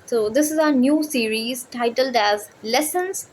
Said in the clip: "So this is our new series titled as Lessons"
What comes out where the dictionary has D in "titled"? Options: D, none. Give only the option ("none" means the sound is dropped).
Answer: D